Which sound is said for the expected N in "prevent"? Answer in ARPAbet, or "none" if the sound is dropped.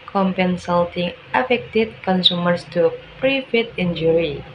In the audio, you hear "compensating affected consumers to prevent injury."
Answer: none